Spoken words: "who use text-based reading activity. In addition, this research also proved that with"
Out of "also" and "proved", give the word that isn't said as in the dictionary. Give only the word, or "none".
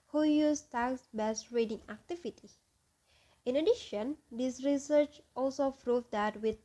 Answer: proved